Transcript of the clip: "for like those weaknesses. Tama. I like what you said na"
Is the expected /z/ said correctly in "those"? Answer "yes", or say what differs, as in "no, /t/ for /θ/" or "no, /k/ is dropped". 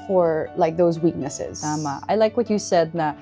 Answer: yes